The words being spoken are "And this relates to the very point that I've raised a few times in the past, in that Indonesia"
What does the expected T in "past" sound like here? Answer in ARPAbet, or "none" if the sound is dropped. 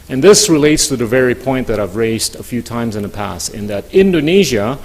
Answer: none